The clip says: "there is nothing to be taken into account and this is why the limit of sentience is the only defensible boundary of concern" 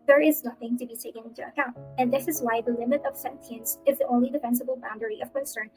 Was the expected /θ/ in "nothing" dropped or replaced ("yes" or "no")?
no